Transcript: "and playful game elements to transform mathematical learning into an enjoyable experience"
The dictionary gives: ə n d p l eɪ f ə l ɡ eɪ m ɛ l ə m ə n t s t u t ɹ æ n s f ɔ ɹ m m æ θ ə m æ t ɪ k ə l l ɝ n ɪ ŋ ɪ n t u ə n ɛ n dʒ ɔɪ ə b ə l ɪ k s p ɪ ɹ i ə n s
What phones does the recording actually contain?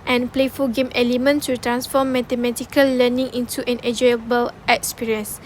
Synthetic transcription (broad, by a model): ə n p l eɪ f ə l ɡ eɪ m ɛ l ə m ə n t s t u t ɹ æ n s f ɔ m m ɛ t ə m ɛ t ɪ k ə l l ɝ n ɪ ŋ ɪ n t u ə n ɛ dʒ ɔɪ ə b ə l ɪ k s p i ɹ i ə n s